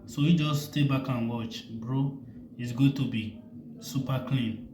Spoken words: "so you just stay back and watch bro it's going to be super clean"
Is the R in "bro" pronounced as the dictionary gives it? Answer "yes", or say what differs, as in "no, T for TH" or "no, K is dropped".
yes